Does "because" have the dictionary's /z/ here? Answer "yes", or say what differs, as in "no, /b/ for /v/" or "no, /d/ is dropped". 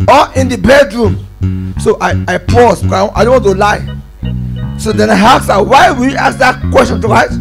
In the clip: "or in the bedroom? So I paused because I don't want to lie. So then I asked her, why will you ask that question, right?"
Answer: no, /z/ is dropped